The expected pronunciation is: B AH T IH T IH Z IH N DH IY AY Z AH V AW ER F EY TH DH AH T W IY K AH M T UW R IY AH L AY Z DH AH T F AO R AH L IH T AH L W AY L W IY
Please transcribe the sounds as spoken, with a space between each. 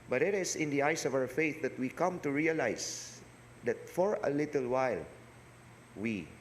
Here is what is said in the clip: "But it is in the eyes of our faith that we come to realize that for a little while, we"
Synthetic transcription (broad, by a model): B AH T IH T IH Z IH N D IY AY S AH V AW ER F EY TH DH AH T W IY K AH M T UW R IY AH L AY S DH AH T F AO R AH L IH T AH L W AY L W IY